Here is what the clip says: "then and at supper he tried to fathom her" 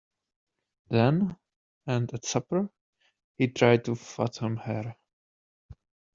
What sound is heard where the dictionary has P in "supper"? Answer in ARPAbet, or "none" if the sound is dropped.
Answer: P